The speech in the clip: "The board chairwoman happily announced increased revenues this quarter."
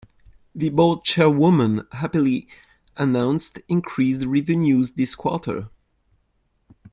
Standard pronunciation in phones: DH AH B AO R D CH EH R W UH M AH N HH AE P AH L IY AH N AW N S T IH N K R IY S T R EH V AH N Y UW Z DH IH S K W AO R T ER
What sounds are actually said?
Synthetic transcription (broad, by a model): DH AH B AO L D CH EH R W UH M AH N HH AE P AH L IY AH N AW N S T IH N K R IY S R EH V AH N Y UW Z DH IH S K W AO R T ER